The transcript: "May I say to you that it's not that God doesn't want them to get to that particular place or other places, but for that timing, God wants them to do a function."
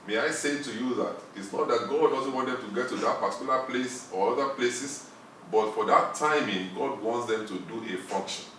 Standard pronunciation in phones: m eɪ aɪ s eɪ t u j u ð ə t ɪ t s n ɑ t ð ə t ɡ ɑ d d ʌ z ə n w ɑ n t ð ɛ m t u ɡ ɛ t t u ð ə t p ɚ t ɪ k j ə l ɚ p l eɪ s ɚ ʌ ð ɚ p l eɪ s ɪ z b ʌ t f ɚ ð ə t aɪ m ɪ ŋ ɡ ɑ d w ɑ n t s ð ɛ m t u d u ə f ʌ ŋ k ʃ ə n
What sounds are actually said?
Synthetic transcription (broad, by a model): m eɪ aɪ s eɪ t u j u ð ə t ɪ t s n ɑ t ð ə t ɡ ɑ d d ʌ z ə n w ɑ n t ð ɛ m t u ɡ ɛ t t u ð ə t p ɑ t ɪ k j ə l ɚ p l eɪ s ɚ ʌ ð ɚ p l eɪ s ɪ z b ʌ t f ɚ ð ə t aɪ m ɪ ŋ ɡ ɑ d w ɑ n t s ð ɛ m t u d u ə f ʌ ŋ k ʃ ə n